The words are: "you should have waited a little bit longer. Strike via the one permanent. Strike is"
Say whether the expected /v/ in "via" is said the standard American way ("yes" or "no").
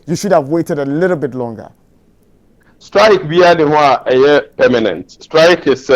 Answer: no